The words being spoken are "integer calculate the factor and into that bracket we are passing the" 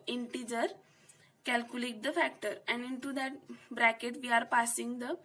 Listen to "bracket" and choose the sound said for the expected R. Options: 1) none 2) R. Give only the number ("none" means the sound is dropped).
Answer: 2